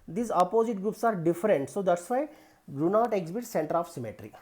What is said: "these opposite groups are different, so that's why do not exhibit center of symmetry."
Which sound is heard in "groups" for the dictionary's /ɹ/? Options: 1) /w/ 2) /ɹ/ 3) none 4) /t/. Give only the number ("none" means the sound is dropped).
2